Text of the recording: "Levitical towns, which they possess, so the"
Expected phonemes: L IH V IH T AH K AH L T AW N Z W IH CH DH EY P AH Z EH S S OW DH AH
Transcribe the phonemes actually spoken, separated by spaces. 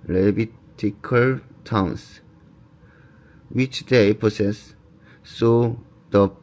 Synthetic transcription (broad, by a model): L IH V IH T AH K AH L T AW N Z W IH CH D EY P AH S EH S S OW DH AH